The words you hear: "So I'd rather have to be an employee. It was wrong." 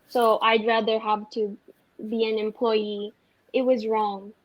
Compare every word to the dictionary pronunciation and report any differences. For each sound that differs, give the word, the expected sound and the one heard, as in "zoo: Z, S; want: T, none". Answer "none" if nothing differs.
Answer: none